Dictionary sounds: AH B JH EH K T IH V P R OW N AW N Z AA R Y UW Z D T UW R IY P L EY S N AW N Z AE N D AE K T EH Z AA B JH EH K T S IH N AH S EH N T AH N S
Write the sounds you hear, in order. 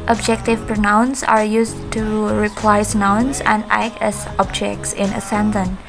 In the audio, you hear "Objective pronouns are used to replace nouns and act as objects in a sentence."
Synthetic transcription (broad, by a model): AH B JH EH K T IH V P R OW N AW N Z AA R Y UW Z T UW R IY P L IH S N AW N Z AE N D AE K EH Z AA B JH EH K T S IH N AH S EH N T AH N